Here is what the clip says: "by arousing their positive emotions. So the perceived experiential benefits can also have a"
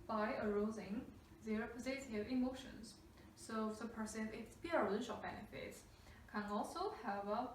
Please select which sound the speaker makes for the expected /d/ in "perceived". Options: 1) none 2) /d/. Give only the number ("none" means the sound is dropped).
1